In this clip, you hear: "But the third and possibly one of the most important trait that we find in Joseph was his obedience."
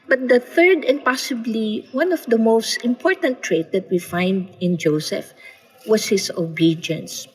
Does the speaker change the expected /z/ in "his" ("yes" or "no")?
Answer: yes